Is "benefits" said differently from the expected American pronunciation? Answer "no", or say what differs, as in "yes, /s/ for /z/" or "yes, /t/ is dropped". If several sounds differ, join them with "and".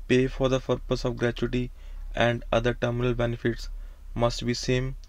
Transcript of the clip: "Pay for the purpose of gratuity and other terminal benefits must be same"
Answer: no